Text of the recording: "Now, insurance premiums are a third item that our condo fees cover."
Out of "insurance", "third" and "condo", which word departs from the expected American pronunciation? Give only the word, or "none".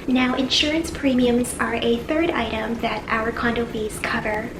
none